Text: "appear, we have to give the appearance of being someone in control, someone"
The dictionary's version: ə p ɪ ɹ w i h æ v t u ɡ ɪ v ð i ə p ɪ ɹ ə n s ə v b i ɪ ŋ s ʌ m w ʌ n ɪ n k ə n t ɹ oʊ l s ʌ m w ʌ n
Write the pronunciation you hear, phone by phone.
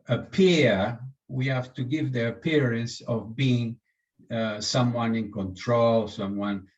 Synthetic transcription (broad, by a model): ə p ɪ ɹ w i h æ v t u ɡ ɪ v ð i ə p ɪ ɹ ə n s ə v b i ɪ ŋ s ʌ m w ʌ n ɪ n k ə n t ɹ oʊ l s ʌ m w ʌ n